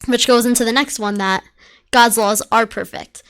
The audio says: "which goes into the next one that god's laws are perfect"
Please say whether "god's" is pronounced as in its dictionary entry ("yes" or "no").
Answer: yes